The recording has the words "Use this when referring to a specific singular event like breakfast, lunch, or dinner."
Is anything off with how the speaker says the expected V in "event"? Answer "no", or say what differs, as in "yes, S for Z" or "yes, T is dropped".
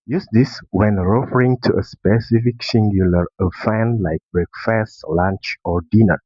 yes, F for V